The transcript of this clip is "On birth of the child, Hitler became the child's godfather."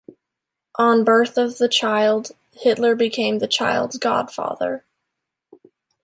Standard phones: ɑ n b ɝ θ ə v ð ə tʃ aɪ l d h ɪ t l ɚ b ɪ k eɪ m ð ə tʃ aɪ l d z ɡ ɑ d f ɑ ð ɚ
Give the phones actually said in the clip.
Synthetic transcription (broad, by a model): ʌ n b ɝ θ ə v ð ə tʃ aɪ l d h ɪ t l ɚ b ɪ k eɪ m ð ə tʃ aɪ l d z ɡ ɑ d f ɑ ð ɚ